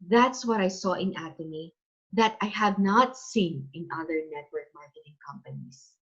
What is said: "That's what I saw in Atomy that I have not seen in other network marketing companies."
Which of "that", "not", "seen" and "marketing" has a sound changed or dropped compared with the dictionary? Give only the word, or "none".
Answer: none